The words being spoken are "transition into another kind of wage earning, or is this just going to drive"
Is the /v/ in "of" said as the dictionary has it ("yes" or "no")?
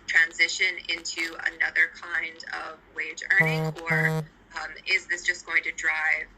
yes